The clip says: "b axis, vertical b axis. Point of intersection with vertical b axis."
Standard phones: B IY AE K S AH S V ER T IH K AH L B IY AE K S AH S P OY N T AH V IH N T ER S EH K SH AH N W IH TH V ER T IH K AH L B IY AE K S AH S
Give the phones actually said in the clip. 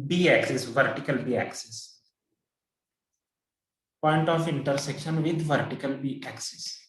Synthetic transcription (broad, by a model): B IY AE K S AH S V ER T IH K AH L B IY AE K S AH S P OY N T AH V IH N T ER S EH K SH AH N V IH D V ER T IH K AH L B IY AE K S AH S